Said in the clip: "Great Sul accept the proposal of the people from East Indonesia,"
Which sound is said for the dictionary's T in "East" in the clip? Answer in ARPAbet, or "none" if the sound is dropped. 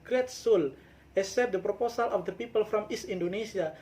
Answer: none